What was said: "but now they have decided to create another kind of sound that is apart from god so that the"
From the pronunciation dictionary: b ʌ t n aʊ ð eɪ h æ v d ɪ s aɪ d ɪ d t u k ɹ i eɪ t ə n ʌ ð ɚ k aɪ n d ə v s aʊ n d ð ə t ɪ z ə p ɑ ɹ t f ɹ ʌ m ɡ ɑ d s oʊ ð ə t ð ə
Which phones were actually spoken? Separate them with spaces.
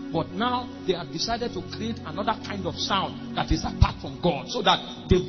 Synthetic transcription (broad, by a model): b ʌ t n aʊ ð eɪ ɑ d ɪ s aɪ d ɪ d t u k ɹ i eɪ t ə n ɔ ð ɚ k aɪ n d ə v s aʊ n d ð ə t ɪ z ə p ɑ t f ɹ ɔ m ɡ ɑ d s oʊ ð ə t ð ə